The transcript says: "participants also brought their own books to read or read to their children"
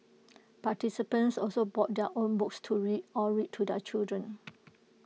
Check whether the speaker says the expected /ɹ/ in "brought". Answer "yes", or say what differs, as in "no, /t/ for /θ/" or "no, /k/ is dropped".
no, /ɹ/ is dropped